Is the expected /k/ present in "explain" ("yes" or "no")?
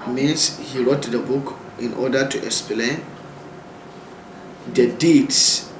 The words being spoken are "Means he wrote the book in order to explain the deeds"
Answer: yes